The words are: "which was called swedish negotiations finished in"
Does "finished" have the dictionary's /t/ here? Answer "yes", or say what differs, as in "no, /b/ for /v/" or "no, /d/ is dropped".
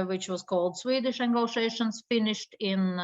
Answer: yes